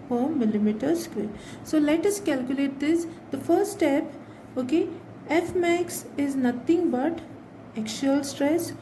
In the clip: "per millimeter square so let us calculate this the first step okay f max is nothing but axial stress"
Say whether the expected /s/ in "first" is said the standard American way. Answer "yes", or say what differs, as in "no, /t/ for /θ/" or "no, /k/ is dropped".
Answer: no, /s/ is dropped